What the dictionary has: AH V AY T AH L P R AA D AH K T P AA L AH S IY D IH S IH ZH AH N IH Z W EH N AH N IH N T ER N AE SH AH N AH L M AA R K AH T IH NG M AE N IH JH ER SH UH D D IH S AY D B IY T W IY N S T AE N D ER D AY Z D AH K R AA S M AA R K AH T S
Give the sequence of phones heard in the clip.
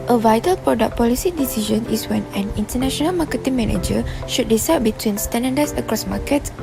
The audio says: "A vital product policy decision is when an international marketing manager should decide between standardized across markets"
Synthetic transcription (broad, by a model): AH V AY T AH L P R AA D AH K P AA L AH S IY D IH S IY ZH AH N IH S W EH N AH N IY N T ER N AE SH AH N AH L M AA K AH T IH NG M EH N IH JH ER SH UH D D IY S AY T B IY T W IY N S T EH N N D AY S AH K R AA S M AA K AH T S